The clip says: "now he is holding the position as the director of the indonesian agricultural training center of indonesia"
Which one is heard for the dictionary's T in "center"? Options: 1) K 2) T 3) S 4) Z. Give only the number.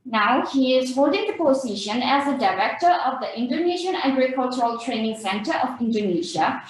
2